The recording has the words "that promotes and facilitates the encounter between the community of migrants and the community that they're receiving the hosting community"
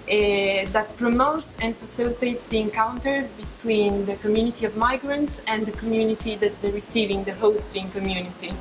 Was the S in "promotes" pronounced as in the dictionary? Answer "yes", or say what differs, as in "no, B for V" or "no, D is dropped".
yes